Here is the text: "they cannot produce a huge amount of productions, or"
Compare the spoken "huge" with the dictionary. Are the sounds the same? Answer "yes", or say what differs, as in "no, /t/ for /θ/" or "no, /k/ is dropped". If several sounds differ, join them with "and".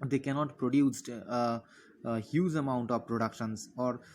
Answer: no, /z/ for /dʒ/